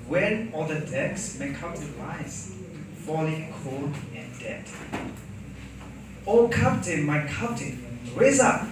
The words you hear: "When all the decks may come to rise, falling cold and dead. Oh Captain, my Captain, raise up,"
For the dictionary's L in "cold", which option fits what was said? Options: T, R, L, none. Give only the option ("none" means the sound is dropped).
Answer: none